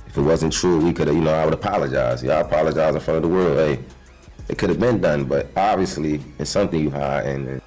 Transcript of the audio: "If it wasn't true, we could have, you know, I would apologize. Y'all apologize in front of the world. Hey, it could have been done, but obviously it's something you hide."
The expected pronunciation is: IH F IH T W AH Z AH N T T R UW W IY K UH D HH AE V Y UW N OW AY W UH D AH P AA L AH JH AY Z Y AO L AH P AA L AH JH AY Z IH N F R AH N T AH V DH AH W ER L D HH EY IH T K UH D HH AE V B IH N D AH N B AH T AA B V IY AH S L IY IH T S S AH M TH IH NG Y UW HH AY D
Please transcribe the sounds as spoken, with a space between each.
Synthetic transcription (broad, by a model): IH F IH T W AH Z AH N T T R UW W IY K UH D Y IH N OW AY W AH D AH P AA L AH JH AY Z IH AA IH AH P AA L AH JH AY Z IH N F R AH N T AH V DH AH W ER L D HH EY IH T K UH D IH V B IH N D AH N B AH T AA B V IY AH S L IY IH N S S AH M TH IH NG Y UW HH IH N